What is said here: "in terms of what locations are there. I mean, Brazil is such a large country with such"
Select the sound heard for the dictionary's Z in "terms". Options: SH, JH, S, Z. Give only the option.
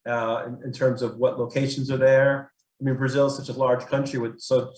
Z